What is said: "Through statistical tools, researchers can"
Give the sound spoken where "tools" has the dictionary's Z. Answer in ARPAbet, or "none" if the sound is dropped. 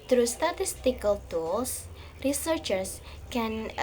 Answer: S